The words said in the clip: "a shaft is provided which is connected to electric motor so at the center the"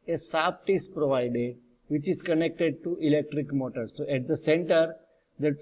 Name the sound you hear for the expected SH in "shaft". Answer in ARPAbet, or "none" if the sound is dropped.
S